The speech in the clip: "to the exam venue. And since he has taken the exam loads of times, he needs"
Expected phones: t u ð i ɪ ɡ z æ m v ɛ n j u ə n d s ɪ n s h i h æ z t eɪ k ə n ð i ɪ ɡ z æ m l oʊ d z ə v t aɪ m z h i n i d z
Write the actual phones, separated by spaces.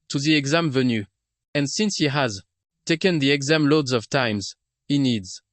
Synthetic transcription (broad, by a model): t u ð i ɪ ɡ z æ m v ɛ n j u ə n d s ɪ n s h i h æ z t eɪ k ə n ð i ɪ ɡ z æ m l oʊ d z ə v t aɪ m z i n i d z